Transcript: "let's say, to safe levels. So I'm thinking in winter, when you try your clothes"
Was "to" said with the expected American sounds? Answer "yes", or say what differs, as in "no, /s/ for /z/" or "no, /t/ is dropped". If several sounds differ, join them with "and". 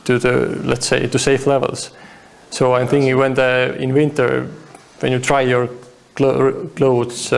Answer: yes